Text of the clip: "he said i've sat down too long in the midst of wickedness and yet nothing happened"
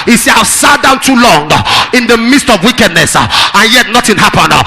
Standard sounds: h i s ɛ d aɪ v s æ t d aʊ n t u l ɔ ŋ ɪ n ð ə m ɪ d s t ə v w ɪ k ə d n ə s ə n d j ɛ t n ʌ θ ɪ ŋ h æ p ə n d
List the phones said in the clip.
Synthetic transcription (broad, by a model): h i s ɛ aɪ v s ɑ t d aʊ n t u l ɔ ŋ ɪ n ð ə m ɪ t s t ə v w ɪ k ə d n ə s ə n j ɛ t n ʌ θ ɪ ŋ h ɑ p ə n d